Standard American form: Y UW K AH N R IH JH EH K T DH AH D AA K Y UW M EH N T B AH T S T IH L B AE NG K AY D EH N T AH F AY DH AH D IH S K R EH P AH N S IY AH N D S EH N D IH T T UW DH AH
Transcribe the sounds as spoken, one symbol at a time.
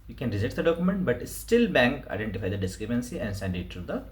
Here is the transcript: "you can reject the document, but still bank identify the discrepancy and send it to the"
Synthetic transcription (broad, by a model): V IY K AH N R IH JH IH T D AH D AA K Y UW M EH N T B AH T S T IH L B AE NG K AY D EH N T AH F AY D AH D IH S K R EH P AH N S IY AH N D S EH N D IH T T UW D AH